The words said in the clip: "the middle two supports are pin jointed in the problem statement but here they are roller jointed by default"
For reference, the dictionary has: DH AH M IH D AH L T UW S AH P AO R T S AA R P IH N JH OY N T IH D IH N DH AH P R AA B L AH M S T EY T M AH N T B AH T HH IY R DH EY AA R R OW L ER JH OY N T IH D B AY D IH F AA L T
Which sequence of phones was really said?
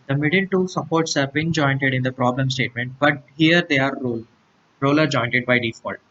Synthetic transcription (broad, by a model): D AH M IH D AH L T UW S AH P AO R T S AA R B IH N JH OY N T IH D IH N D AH P R AA B L AH M S T EY T M AH N T B AH T HH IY R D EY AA R R OW L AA JH OY N T IH D B AY D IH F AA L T